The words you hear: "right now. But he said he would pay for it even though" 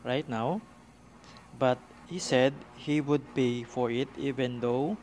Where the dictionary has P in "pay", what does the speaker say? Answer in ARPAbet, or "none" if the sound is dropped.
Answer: B